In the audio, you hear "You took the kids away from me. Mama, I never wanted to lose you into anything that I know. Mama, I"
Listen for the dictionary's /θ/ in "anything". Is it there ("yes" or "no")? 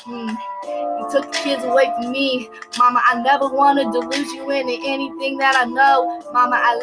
yes